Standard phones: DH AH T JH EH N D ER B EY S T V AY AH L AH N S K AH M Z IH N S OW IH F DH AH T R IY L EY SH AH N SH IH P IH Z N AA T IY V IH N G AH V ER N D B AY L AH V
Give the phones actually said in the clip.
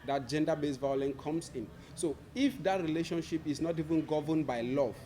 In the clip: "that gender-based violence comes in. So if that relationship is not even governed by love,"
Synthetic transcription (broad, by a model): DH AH T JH EH N D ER B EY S V AY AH L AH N K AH M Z IH N S OW IH F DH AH T R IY L EY SH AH N SH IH P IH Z N AA T IY V IH N G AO V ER N B AY L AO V